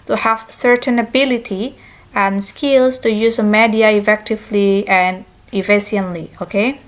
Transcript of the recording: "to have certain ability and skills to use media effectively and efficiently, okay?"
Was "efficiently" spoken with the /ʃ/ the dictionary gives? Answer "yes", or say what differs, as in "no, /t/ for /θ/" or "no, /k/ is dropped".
no, /ʃ/ is dropped